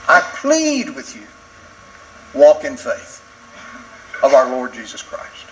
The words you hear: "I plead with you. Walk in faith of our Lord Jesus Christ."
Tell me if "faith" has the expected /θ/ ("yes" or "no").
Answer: yes